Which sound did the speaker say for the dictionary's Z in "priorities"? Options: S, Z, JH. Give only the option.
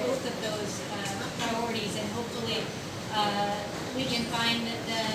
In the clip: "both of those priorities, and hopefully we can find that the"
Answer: Z